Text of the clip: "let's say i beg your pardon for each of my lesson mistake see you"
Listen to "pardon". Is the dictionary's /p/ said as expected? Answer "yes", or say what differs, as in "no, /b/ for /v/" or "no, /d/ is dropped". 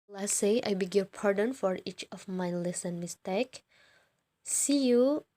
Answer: yes